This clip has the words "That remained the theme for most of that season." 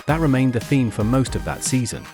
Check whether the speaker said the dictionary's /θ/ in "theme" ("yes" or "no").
yes